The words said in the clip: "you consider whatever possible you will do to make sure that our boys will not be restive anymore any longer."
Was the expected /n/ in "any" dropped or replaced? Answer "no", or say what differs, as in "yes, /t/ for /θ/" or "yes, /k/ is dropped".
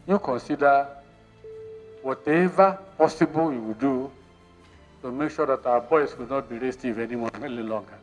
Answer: yes, /l/ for /n/